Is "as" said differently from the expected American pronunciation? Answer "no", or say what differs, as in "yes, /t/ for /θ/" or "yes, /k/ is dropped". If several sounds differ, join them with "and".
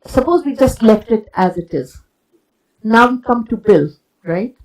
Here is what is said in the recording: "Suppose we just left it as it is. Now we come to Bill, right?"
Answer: no